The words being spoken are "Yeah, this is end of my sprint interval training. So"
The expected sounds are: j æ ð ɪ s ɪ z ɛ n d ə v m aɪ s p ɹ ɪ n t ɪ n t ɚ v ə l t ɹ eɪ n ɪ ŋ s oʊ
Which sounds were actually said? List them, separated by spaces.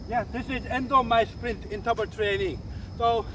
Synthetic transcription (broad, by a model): j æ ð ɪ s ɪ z ɛ n d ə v m aɪ s p ɹ ɪ n t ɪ n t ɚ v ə t ɹ eɪ n ɪ ŋ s oʊ